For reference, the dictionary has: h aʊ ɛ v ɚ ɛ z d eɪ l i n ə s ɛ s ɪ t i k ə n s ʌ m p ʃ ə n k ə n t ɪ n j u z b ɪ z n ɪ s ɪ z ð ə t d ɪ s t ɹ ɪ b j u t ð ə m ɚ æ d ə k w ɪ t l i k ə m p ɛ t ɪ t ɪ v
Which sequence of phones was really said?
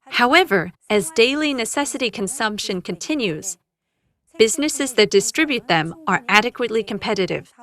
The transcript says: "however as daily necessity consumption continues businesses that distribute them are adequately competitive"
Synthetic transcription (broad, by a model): h aʊ ɛ v ɚ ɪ z d eɪ l i n ə s ɛ s ɪ t i k ə n s ʌ m p ʃ ə n k ə n t ɪ n j u z b ɪ z n ɪ s ɪ z ð ə t d ɪ s t ɹ ɪ b j u t ð ə m ɚ æ d ə k w ɪ t l i k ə m p ɛ t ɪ t ɪ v